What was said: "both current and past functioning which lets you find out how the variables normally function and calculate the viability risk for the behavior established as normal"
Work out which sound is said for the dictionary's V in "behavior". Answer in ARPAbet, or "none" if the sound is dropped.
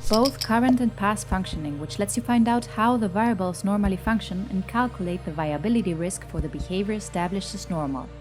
V